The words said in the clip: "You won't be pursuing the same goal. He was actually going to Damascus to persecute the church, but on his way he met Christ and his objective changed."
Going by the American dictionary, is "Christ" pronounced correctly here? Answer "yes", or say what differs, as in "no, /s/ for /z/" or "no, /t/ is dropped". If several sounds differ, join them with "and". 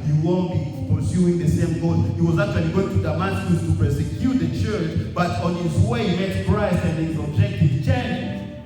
no, /t/ is dropped